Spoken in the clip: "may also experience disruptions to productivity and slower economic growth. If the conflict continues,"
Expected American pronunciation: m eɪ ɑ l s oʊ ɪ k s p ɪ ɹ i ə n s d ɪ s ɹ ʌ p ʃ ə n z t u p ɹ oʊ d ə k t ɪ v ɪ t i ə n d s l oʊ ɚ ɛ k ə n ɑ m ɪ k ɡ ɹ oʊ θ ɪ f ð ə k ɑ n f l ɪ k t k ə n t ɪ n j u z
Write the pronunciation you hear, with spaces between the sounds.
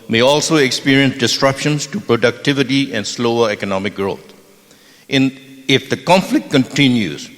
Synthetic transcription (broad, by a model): m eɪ ɑ l s oʊ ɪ k s p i ɹ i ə n s d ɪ s ɹ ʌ p ʃ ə n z t u p ɹ oʊ d ə k t ɪ v ɪ t i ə n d s l oʊ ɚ ɛ k ə n ɑ m ɪ k ɡ ɹ oʊ t ɪ f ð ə k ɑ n f l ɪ k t k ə n t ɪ n j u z